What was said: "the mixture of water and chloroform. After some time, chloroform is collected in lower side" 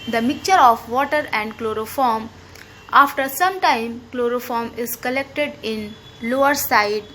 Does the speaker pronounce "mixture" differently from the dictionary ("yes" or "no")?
yes